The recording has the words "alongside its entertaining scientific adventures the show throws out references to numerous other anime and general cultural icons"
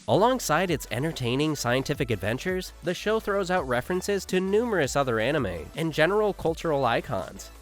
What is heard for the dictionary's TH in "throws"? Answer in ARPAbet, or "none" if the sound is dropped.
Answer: TH